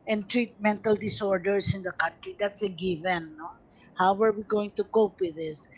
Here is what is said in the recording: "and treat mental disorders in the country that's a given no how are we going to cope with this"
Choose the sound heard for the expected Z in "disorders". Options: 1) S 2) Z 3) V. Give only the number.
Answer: 1